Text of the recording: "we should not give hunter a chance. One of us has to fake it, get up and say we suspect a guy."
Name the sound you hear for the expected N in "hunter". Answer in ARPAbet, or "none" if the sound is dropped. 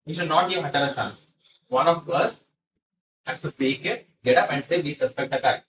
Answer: none